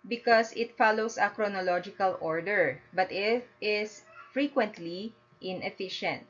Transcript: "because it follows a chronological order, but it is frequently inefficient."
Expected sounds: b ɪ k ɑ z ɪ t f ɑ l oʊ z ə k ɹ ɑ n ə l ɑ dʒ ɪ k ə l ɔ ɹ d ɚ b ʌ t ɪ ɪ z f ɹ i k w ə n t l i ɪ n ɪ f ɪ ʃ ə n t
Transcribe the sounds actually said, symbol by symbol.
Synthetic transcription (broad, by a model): b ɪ k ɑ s ɪ t f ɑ l oʊ s ə k ɹ ɑ n ə l ɑ dʒ ɪ k ə l ɔ ɹ d ɚ b ʌ t ɪ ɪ s f ɹ i k w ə n t l i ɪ n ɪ f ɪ ʃ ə n t